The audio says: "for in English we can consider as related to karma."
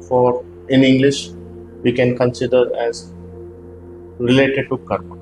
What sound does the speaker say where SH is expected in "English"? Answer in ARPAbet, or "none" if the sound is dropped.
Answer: SH